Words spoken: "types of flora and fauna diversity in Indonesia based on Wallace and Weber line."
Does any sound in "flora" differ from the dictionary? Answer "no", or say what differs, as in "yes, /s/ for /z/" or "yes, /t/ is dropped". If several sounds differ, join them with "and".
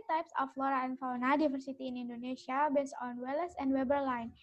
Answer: no